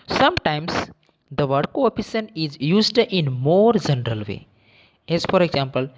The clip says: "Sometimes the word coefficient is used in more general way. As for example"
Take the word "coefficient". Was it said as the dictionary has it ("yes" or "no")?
no